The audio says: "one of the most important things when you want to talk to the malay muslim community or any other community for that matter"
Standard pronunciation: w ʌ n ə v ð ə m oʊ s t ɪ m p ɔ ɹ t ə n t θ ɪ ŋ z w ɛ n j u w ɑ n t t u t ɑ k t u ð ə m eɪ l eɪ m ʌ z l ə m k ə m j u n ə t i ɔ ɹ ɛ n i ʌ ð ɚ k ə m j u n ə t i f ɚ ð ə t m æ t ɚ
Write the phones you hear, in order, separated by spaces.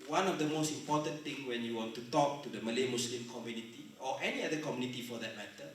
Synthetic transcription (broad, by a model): w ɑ n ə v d ə m oʊ s t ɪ m p ɔ t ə n t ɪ ŋ w ɛ n j u w ɑ n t t u t ɑ k t u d ə m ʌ l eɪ m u s l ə m k ə m j u n ə t i ɔ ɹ ɛ n i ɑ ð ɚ k ə m j u n ə t i f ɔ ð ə t m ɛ t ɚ